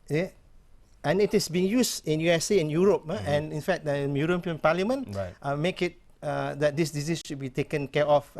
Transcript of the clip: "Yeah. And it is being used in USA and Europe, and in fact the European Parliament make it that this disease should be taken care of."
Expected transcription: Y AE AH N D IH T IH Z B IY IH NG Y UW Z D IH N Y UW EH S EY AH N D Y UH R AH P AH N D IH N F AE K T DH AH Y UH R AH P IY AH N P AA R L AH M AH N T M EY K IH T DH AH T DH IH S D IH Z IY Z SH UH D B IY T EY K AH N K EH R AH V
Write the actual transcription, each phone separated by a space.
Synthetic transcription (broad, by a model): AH N IH T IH S B IY IH NG Y UW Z IH N Y UW EH S EY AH N Y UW R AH P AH N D IH N F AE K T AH Y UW R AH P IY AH N P AA L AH M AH N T M EY K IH T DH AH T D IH S D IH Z IY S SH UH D B IY T EY K AH N K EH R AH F